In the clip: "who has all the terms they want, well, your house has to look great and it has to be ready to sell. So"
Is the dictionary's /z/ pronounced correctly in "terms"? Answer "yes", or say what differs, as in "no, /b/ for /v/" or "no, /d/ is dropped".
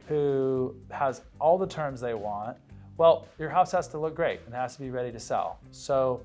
yes